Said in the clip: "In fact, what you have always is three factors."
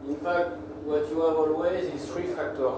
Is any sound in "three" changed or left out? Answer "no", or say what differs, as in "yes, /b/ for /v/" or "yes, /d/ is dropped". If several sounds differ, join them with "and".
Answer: yes, /t/ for /θ/